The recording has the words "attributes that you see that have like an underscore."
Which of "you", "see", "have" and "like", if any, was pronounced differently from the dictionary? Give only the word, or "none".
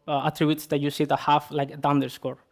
have